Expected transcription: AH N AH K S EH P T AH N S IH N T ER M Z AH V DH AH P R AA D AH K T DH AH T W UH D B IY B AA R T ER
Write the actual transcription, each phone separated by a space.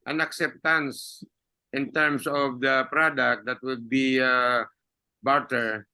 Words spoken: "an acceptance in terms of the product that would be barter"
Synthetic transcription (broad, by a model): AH N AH K S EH P T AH N S IH N T ER M S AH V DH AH P R AA D AH K T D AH T W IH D B IY B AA R T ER